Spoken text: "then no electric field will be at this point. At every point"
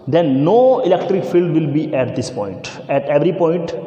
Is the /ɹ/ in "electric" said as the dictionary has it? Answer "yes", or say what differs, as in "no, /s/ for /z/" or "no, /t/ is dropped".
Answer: yes